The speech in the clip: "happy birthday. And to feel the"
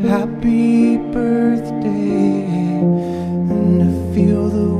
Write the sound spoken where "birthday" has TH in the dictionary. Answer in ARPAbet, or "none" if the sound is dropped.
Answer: TH